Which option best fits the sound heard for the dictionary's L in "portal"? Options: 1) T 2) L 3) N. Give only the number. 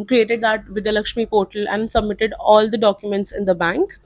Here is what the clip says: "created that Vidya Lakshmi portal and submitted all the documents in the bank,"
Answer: 2